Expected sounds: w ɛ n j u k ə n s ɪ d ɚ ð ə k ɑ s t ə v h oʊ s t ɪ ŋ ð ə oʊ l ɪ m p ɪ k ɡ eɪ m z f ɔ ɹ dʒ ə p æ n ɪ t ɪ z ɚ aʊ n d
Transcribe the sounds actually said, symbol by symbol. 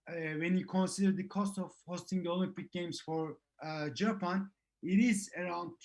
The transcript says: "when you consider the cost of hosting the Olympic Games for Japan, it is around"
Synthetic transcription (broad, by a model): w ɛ n j u k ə n s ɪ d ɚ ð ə k ɑ s t ə v h oʊ s t ɪ ŋ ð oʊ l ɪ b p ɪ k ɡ eɪ m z f ɔ ɹ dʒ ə p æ n ɪ t ɪ z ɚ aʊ n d